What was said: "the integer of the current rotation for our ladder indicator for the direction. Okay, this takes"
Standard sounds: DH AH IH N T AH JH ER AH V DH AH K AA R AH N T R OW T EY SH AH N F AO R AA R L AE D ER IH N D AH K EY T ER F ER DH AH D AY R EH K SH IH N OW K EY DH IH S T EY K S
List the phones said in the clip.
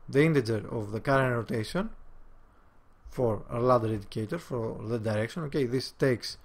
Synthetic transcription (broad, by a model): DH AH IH N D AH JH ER AH V DH AH K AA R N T R OW T EY SH AH N F AO R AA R L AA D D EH D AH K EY T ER F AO DH AH D AY R EH K SH IH N OW K EY DH IH S T EY K S